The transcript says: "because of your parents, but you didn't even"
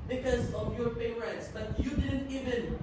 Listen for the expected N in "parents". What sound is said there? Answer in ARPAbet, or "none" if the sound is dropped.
none